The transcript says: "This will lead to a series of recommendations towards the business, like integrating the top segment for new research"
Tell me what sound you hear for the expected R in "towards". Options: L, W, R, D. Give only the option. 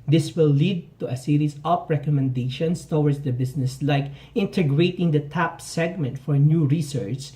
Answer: W